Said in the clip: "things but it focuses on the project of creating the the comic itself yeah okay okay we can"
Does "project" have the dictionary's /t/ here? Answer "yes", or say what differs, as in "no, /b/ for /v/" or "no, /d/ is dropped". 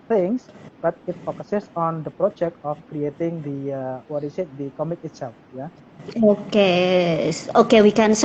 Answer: yes